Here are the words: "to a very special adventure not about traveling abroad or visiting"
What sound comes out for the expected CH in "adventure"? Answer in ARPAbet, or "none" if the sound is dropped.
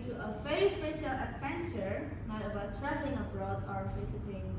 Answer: CH